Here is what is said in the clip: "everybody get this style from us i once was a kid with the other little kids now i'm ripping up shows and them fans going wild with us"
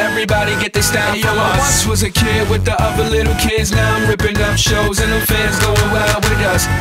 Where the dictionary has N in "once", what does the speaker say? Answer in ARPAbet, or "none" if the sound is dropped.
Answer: none